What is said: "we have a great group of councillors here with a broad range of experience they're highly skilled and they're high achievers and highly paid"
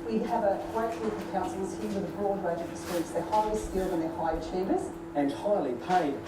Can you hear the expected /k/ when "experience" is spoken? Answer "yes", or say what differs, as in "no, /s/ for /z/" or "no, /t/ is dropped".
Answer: no, /k/ is dropped